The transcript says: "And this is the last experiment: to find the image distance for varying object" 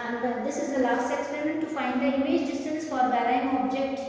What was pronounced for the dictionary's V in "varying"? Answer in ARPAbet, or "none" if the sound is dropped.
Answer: B